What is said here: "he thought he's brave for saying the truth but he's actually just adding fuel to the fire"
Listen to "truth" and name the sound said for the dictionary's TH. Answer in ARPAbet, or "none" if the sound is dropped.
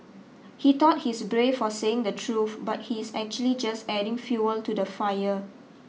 F